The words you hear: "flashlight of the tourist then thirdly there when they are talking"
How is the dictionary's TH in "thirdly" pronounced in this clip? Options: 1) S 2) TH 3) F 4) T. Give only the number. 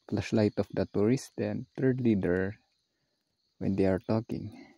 4